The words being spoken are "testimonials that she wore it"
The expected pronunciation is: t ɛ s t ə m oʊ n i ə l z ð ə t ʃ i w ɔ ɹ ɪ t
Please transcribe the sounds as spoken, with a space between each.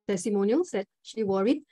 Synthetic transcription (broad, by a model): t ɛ s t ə m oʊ n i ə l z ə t ʃ i w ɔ ɹ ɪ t